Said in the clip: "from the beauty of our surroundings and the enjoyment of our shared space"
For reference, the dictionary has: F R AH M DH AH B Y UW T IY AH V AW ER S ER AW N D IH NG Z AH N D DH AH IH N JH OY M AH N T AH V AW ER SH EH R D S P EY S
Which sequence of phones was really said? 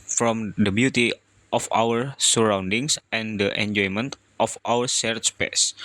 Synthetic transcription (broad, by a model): F R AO M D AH B Y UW T IY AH F AW ER S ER AW N D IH NG S AH N D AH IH N JH OY M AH N T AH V AW ER S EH R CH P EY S